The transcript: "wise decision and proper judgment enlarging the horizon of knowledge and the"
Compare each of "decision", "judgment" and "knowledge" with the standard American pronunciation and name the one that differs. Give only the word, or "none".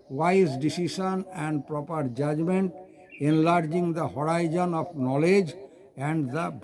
decision